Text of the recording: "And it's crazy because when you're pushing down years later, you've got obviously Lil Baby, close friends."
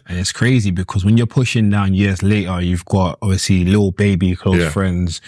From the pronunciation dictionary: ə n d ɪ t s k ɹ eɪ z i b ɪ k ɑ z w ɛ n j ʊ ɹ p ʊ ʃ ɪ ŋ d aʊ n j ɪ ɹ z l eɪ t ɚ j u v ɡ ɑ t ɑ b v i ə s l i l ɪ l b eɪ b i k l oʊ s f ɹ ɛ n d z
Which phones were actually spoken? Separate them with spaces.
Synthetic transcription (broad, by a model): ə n ɪ t s k ɹ eɪ z i b ɪ k ɑ z w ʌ n j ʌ ɹ p ʊ ʃ ɪ ŋ d aʊ n j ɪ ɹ z l eɪ t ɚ j u v ɡ ɑ t ɑ b v i ə s l i l ɪ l b eɪ b i k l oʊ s f ɹ ɛ n d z